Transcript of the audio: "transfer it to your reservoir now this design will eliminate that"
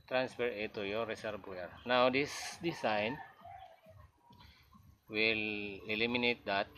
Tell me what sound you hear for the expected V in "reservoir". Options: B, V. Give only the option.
B